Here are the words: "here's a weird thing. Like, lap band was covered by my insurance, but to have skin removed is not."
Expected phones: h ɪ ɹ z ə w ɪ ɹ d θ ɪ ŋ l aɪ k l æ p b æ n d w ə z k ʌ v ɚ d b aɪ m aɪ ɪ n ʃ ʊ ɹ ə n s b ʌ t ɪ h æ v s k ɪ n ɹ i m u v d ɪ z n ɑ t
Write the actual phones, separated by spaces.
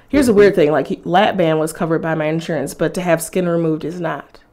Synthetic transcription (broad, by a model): h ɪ ɹ z ə w ɪ ɹ d θ ɪ ŋ l aɪ k l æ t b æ n w ə z k ʌ v ɚ d b aɪ m aɪ ɪ n ʃ ʊ ɹ ə n s b ʌ t ɪ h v s k ɪ n ɹ i m u v d ɪ z n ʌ t